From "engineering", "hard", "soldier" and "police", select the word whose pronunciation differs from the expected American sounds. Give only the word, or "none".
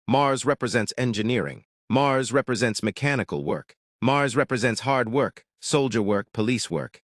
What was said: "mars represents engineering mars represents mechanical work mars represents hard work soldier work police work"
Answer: none